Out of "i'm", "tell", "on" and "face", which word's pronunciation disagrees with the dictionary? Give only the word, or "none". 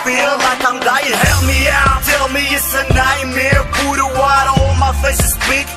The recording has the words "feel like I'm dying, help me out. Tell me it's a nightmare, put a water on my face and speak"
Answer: on